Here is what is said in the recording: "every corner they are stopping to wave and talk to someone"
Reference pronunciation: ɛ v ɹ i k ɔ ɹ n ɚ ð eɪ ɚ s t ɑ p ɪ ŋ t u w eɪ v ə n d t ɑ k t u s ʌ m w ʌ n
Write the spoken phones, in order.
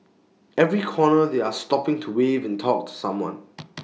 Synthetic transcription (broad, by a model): ɛ v ɹ i k ɔ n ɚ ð eɪ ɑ s t ɑ p ɪ ŋ t u w eɪ v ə n t ɑ k t u s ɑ m w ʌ n